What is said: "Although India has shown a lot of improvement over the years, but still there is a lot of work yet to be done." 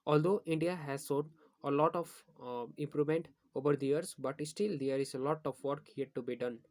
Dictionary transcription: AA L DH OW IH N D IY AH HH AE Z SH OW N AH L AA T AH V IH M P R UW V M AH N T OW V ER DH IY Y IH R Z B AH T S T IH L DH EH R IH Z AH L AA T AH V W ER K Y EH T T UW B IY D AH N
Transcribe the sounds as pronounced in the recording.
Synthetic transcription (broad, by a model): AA L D OW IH N D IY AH HH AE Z S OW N AH L AA T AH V IH M P R UW V M AH N T OW V ER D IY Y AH R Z B AH T S T IH L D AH R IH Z AH L AA T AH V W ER K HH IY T T UW B IY D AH N